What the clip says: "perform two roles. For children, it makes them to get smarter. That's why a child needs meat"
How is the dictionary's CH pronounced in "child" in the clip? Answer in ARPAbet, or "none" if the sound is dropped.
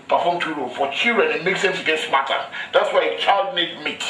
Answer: CH